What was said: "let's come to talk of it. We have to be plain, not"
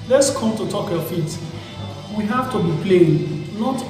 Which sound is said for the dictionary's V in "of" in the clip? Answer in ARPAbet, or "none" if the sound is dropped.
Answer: F